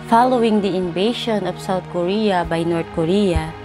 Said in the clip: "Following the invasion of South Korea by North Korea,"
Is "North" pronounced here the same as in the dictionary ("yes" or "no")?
no